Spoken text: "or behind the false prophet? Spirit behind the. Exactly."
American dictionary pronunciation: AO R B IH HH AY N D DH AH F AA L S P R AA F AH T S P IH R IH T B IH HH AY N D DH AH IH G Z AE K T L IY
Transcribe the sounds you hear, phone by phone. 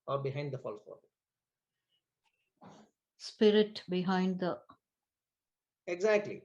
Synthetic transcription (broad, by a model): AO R B IH HH AY N D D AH F AA L S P AA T S P IH R IH T B IH HH AY N D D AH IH G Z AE K T L IY